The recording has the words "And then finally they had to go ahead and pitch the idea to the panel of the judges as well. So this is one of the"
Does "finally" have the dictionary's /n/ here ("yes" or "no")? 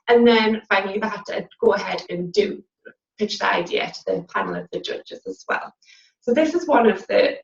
no